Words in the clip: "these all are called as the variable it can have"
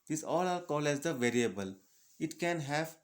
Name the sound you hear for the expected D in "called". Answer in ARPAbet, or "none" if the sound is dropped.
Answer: none